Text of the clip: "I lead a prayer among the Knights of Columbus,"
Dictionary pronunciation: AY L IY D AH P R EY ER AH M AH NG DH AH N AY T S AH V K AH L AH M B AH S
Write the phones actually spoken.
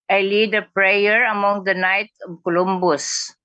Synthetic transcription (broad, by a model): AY L IY D AH P R EY ER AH M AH NG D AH N AY T AH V K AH L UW M B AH S